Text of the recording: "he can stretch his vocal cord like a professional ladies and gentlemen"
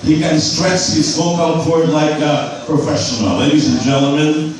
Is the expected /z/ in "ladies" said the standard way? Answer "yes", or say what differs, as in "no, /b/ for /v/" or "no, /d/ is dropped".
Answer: yes